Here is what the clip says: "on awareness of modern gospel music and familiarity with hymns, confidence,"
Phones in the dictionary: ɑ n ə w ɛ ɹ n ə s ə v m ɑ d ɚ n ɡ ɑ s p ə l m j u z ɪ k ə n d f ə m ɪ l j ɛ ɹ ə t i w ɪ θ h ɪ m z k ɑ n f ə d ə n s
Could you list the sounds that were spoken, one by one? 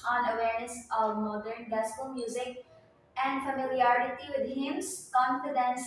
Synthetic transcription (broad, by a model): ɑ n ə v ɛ ɹ n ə s ə v m ɑ d ɚ n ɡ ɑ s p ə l m j u z ɪ k ə n d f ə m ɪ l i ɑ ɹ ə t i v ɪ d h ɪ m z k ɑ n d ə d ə n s